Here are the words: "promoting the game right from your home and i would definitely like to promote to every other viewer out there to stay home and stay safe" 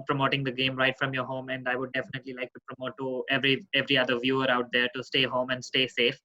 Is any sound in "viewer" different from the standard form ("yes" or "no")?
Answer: no